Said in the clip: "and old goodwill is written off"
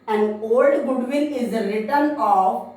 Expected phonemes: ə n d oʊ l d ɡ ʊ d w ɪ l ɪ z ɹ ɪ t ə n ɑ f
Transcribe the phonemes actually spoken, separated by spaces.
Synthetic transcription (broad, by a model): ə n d oʊ l d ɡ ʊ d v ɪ n ɪ z ɹ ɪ t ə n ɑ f